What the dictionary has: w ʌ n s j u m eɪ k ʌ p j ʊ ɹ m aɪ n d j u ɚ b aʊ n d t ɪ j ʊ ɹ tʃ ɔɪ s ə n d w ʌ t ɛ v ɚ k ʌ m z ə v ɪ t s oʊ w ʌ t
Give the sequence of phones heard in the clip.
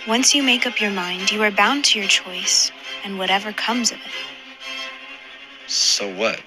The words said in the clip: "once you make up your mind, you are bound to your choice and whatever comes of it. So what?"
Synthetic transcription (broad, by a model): w ʌ n s j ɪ m eɪ k ʌ p j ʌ ɹ m aɪ n d j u ɚ b aʊ n t ɪ j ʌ ɹ tʃ ɔɪ s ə n w ʌ t ɛ v ɚ k ʌ m z ə v ɪ t s oʊ w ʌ t